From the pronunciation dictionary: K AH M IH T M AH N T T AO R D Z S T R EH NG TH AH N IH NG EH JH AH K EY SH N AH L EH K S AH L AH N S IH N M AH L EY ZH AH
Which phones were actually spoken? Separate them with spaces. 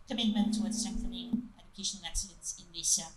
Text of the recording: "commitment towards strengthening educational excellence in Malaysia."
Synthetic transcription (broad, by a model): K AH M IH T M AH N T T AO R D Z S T EH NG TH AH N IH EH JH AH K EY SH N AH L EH K S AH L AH N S IH N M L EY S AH